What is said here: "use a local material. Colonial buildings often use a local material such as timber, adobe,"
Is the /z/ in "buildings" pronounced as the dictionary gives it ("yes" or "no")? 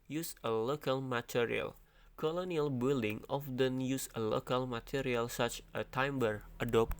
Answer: no